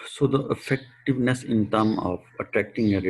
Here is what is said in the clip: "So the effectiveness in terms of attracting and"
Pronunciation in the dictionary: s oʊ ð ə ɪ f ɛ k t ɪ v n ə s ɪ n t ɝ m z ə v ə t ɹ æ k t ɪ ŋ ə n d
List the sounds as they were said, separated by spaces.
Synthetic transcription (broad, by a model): s oʊ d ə ɪ f ɛ k t ɪ v n ə s ɪ n t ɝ m ə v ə t ɹ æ k t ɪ ŋ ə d